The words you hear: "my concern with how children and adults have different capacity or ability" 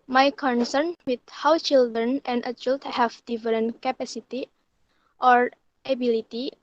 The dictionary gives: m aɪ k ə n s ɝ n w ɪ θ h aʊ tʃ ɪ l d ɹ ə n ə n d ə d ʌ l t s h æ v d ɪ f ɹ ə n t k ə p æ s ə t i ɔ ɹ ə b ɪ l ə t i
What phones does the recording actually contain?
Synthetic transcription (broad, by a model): m aɪ k ə n s ɝ n w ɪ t h aʊ tʃ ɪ l d ɹ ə n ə n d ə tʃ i l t h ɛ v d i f ɹ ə n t k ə p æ s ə t i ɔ ɹ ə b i l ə t i